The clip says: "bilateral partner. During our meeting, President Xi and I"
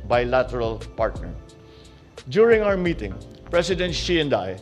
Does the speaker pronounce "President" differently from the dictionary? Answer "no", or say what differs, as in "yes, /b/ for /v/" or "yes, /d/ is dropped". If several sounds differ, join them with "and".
yes, /s/ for /z/